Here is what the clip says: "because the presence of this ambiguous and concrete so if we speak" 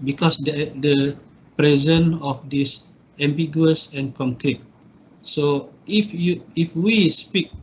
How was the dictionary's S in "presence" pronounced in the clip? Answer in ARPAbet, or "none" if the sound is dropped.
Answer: none